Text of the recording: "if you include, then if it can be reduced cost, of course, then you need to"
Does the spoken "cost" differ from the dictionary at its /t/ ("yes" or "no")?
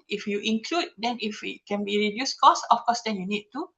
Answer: yes